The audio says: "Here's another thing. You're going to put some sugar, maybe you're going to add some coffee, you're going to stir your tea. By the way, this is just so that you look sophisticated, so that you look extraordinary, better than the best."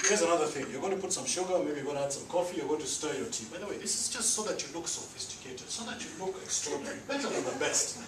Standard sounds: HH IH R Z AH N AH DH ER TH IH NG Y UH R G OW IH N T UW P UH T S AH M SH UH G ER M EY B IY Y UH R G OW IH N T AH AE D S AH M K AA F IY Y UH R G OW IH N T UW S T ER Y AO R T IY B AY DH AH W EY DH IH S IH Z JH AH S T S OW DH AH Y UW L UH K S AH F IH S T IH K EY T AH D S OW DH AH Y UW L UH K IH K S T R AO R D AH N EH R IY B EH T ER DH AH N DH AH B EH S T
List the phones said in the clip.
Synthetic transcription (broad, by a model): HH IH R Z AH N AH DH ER TH IH NG Y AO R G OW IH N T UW P UH T S AH M SH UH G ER M EY B IY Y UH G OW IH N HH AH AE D S AH M K AA F IY Y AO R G OW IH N T UW S T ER Y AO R T IY B AY DH AH W EY DH IH S IH Z JH AH S T S OW DH AH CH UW L UH K S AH F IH S T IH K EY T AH S OW DH AH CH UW L UH K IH K S T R AO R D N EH R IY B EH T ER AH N DH AH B EH S T